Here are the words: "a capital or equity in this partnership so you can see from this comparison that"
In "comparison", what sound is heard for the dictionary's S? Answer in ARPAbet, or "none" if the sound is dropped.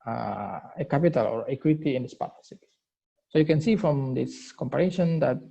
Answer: SH